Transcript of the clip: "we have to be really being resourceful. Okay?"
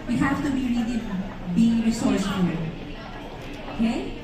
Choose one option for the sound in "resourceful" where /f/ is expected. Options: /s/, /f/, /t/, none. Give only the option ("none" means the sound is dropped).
none